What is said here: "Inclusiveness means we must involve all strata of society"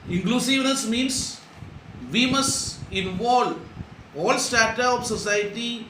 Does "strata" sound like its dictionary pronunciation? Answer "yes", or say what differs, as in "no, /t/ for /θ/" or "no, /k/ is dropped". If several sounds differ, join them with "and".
no, /ɹ/ is dropped